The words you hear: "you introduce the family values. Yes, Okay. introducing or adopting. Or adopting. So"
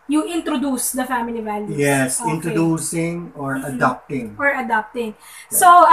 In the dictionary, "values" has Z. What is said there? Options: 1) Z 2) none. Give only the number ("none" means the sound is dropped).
2